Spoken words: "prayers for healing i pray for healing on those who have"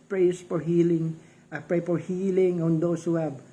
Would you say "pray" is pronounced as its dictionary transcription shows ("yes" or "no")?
yes